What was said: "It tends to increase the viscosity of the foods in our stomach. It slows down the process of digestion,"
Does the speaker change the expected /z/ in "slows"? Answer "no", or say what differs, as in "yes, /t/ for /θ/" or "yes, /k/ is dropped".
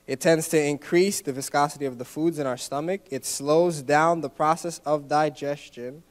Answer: no